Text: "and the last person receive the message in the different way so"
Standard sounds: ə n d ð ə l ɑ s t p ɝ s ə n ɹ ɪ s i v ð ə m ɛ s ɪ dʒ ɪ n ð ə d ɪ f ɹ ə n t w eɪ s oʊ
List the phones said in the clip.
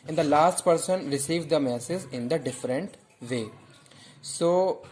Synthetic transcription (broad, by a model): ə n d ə l ɑ s t p ɝ s ə n ɹ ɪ s i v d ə m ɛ s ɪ z ɪ n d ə d ɪ f ɹ ə n t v eɪ s oʊ